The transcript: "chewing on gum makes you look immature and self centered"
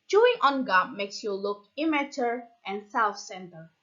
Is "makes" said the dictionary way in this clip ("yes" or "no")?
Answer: yes